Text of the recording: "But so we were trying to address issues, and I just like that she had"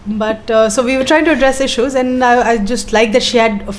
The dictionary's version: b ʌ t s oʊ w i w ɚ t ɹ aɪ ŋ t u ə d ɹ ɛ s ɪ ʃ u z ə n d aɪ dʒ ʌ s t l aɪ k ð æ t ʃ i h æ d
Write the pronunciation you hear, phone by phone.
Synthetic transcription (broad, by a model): b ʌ t s oʊ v i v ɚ t ɹ aɪ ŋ t u ə d ɹ ɛ s ɪ ʃ u z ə n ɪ aɪ dʒ ʌ s t l aɪ k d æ t ʃ i h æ d